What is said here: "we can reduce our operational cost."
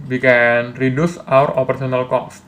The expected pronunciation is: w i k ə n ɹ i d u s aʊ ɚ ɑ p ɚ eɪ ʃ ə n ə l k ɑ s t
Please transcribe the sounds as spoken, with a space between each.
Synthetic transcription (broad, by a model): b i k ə n ɹ i d u s aʊ ɚ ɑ p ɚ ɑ s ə n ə l k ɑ s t